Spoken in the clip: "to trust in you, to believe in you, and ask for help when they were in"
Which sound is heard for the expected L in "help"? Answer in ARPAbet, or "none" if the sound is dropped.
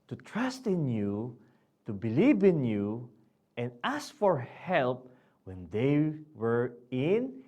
L